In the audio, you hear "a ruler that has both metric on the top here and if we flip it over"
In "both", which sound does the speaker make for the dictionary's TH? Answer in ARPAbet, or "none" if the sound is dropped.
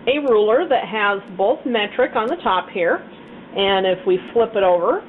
TH